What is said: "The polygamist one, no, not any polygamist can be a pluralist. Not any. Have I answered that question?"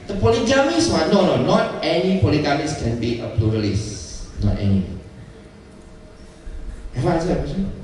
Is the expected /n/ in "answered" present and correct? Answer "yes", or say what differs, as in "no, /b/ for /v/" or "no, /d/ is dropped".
no, /n/ is dropped